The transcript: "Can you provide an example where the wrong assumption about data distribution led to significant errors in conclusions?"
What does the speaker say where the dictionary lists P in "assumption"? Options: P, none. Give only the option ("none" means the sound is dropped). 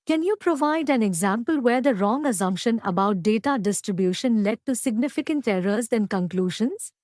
P